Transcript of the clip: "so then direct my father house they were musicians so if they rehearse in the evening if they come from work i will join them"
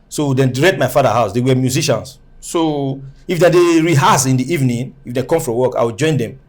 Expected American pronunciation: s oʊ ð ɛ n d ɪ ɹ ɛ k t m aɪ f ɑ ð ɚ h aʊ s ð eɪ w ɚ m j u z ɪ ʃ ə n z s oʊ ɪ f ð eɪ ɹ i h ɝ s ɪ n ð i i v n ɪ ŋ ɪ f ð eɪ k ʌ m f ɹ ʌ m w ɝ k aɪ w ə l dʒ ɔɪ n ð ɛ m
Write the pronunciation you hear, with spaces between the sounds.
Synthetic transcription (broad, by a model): s oʊ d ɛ n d ɹ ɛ t m aɪ f ɑ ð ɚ h aʊ s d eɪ w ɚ m j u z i ʃ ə n s oʊ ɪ f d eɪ ɹ i h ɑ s ɪ n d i i v n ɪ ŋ ɪ f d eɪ k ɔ m f ɹ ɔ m w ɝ k aɪ w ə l dʒ ɔɪ n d ɛ m